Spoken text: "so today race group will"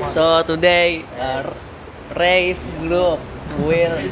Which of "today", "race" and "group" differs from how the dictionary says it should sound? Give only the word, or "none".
group